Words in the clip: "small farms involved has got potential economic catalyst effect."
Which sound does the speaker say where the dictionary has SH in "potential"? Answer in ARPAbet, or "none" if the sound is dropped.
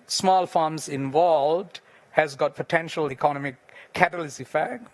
SH